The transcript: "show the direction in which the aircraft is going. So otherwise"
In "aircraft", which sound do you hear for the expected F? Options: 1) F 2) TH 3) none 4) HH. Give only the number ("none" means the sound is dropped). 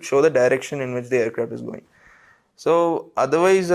3